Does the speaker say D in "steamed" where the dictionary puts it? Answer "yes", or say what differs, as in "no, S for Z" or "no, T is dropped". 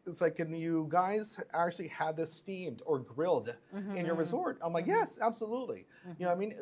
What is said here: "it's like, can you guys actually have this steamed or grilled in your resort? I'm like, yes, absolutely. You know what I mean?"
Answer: yes